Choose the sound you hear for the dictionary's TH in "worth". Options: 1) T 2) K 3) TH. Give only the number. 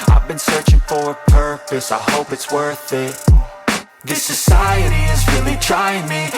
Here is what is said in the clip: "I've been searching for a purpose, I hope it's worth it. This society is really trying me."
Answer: 3